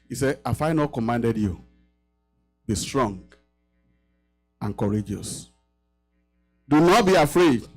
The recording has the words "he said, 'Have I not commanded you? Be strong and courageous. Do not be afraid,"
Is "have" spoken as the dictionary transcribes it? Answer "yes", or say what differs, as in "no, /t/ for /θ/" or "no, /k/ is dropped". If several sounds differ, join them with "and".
no, /f/ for /v/